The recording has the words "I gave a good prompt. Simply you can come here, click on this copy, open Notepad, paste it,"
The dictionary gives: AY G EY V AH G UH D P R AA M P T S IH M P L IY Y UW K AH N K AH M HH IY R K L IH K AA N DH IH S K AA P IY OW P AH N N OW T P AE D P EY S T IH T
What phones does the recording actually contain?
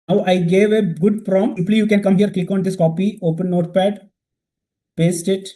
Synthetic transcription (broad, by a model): AY G EY V AH G UH D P R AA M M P L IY Y UW K AH N K AH M HH IY R K L IH K AA N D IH S K AA P IY OW P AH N N OW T P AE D P EY S T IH T